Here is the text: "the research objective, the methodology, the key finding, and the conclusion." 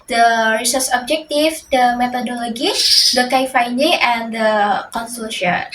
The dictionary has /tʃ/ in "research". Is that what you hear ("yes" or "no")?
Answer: no